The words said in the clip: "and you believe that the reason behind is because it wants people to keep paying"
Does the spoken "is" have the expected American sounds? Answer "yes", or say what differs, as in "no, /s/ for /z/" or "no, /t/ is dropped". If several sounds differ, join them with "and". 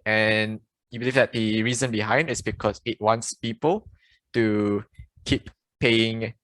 no, /s/ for /z/